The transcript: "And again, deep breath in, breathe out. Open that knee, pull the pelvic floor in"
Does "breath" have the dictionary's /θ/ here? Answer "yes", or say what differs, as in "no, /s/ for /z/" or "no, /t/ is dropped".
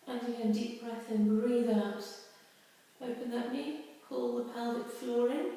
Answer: yes